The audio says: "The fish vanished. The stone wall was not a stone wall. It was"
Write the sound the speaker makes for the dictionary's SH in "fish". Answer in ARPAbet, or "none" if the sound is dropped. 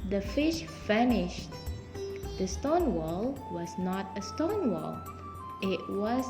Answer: SH